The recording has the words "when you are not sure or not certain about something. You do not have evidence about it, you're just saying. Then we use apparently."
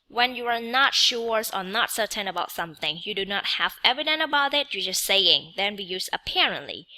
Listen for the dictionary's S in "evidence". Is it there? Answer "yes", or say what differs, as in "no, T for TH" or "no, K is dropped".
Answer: no, S is dropped